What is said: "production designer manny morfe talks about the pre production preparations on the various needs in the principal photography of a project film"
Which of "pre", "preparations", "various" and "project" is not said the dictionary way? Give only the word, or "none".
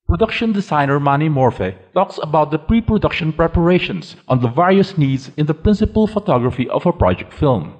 preparations